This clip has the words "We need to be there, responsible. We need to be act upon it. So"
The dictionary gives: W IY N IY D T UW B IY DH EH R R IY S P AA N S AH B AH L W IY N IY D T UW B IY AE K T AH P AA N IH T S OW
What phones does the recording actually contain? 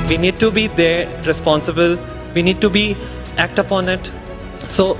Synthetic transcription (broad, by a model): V IY N IY D T UW B IY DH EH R R IY S P AA N S AH B AH L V IY N IY D T UW B IY AE K T AH P AA N IH T S OW